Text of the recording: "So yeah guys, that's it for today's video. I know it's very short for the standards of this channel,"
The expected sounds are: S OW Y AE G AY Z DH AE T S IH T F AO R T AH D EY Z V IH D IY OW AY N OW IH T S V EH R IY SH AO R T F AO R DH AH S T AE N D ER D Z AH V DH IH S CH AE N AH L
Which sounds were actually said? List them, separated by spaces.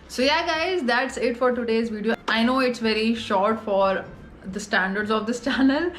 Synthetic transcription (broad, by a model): S OW Y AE G AY Z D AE T S IH T F AO R T AH D EY Z V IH D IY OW AY N OW IH T S V EH R IY SH AO R T F AO R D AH S T AE N D ER D Z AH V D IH S CH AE N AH L